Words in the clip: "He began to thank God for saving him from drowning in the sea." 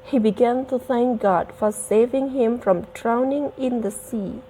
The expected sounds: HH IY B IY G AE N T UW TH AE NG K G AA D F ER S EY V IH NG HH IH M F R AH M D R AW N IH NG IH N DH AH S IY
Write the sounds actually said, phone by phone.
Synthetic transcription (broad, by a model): HH IY B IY G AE N T UW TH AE NG K G AA D F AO S EY V IH NG HH IH M F R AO M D R AW N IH NG IH N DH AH S IY